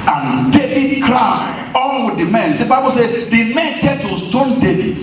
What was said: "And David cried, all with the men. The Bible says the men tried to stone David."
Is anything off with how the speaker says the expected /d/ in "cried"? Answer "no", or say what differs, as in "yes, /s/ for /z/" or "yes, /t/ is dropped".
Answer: yes, /d/ is dropped